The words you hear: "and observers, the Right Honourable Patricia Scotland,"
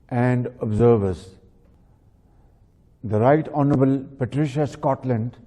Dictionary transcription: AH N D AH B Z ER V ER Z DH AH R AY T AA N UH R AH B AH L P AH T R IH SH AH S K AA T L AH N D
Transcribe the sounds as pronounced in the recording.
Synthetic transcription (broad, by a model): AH N D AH B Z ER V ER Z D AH R AY T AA N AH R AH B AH L P AH T R IH SH AH S K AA T L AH N D